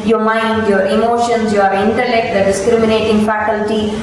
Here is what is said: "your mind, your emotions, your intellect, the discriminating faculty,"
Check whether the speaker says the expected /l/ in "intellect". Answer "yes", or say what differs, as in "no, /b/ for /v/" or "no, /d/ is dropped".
yes